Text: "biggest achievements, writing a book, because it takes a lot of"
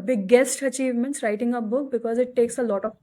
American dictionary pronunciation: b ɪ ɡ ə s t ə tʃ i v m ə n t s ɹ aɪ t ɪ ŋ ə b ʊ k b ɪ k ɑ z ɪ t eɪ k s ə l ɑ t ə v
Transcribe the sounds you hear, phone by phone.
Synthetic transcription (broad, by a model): b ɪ ɡ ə s t ə tʃ i v m ə n t s ɹ aɪ t ɪ ŋ ə b ʊ k b ɪ k ɑ z ɪ t eɪ k s ə l ɑ t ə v